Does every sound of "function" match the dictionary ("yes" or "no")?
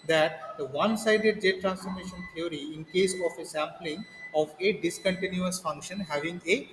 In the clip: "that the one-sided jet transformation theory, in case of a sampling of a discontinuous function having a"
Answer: yes